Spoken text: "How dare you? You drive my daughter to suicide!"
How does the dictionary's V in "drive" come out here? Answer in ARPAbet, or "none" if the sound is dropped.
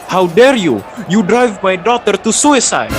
V